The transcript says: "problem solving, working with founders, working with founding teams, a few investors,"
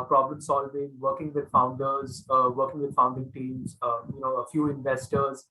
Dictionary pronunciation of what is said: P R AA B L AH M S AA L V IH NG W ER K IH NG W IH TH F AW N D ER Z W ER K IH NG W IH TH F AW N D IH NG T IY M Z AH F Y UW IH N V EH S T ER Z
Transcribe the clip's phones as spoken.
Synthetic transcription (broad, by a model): P R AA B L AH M S AA L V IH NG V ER K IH NG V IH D F AW N D ER Z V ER K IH NG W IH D F AW N D IH NG T IY M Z AH F Y UW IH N V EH S T ER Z